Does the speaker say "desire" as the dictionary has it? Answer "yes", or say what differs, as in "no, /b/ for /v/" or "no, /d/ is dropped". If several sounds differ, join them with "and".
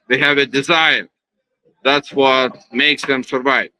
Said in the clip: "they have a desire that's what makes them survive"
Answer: yes